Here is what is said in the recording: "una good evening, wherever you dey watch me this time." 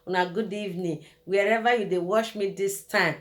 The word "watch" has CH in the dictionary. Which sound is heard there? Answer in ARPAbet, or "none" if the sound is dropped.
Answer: SH